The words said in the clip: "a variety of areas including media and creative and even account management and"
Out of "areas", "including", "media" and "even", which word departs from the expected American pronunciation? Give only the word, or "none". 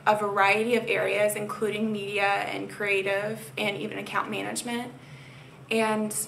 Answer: none